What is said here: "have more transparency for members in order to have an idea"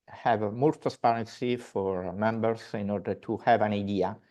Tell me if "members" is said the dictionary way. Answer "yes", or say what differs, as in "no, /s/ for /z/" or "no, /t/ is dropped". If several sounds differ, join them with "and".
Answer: no, /s/ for /z/